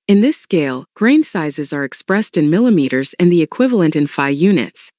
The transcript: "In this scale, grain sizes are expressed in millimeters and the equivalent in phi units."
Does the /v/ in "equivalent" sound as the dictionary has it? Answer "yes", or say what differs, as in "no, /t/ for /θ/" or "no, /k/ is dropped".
yes